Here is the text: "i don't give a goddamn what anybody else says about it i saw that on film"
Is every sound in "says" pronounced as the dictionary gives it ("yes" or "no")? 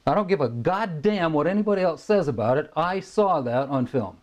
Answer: yes